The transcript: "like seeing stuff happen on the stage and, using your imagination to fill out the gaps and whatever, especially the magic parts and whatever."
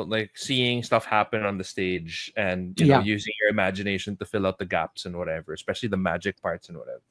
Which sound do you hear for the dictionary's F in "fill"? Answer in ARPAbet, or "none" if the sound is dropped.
F